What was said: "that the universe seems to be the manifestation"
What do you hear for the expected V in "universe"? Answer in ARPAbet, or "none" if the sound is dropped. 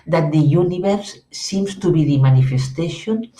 B